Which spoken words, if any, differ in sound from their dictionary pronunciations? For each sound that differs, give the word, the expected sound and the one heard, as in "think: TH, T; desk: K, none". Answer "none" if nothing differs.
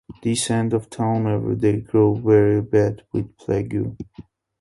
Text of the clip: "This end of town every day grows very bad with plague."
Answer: grows: Z, none